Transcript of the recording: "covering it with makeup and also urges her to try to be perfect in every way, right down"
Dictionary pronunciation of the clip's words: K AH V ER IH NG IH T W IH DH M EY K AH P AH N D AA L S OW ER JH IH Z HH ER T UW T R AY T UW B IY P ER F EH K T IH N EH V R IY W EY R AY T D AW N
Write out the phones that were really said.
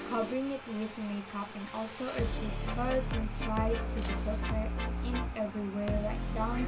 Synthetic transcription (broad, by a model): K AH V ER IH NG IH T W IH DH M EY K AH P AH N AA L S OW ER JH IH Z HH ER T UW T R AY T UW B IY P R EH T IH N EH V R IY W EY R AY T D AW N